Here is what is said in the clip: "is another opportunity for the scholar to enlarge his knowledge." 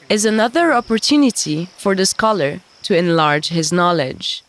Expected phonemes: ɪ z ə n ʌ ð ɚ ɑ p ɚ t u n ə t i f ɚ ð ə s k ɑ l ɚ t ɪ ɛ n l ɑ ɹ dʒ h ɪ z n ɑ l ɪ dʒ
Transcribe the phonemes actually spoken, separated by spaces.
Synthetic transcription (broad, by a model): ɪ z ə n ʌ ð ɚ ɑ p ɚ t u n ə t i f ɚ ð ə s k ɑ l ɚ t ɪ ɛ n l ɑ ɹ dʒ h ɪ z n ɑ l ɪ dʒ